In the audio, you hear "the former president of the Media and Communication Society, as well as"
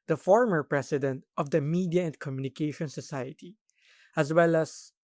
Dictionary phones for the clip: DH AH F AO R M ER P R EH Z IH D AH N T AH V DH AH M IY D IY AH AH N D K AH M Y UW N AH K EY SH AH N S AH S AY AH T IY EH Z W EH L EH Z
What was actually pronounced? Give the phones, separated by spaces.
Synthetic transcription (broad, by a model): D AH F AO R M ER P R EH S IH D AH N T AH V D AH M IY D IY AH AH N D K AH M Y UW N AH K EY SH AH N S AH S AY AH T IY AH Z W EH L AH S